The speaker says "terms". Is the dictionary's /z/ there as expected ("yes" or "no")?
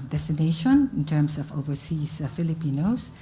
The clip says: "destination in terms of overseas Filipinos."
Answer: no